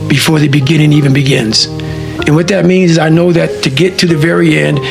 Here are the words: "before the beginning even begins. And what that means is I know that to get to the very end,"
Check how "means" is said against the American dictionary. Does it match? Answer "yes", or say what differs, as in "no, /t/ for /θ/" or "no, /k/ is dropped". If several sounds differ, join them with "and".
yes